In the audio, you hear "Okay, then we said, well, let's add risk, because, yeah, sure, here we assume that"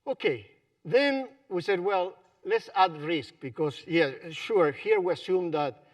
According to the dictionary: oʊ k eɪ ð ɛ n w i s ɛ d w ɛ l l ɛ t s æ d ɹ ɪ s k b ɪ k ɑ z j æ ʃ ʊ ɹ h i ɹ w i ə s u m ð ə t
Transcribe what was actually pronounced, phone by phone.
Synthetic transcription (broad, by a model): oʊ k eɪ ð ɛ n w i s ɛ d w ɛ l l ɛ t s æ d ɹ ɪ s k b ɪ k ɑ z j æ ʃ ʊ ɹ h i ɹ w i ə s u m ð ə t